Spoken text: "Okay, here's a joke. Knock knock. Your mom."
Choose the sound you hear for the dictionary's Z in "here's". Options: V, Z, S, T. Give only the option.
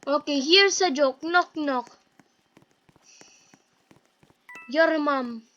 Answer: S